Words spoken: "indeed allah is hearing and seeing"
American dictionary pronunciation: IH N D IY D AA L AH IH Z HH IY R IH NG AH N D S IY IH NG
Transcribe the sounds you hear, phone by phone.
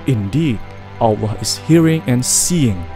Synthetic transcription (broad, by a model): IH N D IY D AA W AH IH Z HH IY R IH NG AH N S IY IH NG